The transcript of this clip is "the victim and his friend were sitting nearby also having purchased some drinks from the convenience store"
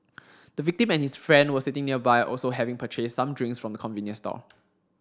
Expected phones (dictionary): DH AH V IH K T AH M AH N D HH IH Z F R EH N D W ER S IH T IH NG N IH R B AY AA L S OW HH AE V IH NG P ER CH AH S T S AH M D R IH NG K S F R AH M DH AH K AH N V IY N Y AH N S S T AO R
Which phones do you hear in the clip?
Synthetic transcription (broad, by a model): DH AH V IH K T AH M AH N HH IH S F R EH N D W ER S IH T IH NG N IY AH B AY AA L S OW HH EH V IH NG P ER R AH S S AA M D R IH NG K S F R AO M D AH K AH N V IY N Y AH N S S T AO L